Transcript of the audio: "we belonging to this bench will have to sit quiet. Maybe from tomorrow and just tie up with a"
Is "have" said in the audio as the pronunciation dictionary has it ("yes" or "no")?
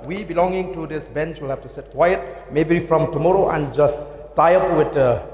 no